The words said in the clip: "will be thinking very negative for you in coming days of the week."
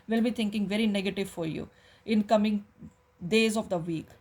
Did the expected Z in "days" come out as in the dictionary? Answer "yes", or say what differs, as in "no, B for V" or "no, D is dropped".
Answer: yes